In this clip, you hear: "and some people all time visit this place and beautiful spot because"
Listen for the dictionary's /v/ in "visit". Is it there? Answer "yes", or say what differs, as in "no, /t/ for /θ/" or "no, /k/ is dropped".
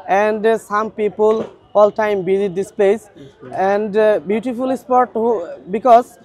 no, /b/ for /v/